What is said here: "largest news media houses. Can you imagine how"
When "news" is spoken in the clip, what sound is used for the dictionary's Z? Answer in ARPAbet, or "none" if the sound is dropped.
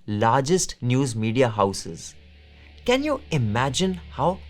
Z